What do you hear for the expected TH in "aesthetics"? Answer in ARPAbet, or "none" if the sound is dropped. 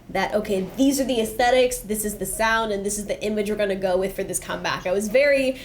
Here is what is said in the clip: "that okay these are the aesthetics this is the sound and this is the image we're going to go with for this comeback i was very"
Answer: TH